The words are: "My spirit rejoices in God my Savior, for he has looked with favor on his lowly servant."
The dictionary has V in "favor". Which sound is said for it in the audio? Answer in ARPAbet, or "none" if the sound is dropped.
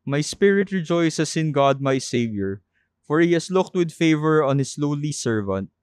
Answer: V